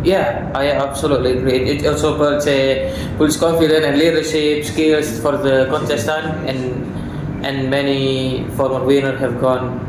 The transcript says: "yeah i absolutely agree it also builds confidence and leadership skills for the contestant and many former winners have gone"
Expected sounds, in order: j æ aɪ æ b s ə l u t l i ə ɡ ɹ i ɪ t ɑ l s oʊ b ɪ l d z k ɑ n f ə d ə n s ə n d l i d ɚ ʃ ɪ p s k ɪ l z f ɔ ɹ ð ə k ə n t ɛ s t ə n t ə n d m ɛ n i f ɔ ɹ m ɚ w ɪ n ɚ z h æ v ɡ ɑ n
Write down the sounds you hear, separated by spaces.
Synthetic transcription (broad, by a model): j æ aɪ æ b s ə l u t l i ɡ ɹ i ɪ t ɑ l s oʊ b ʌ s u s k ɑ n f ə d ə n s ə n l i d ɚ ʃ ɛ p s k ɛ l s f ɔ ɹ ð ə k ə n t ɛ s t ə n t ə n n m ɛ n i f ɔ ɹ m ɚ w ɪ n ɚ h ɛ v ɡ ɑ n